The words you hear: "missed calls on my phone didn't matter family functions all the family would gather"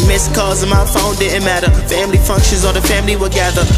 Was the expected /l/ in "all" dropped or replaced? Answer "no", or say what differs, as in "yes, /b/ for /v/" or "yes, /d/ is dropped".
yes, /n/ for /l/